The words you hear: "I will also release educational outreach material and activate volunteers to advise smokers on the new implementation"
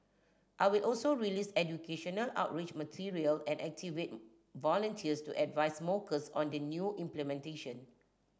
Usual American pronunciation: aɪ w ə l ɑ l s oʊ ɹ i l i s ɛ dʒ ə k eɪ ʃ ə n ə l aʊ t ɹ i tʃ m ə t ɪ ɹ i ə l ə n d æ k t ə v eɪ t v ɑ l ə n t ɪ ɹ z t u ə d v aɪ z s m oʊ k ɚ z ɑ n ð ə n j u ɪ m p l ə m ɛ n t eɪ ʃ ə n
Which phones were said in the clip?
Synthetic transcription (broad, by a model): aɪ w ə l ɑ l s oʊ ɹ i l i s ɛ dʒ ə k eɪ ʃ ə n ə l aʊ t ɹ i tʃ m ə t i ɹ i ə l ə n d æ k t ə v eɪ t v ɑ l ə n t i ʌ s t u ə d v aɪ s m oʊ k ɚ s ɑ n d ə n j u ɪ m p l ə m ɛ n t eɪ ʃ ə n